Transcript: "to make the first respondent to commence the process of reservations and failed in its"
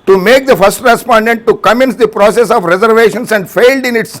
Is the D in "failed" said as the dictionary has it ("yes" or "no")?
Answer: yes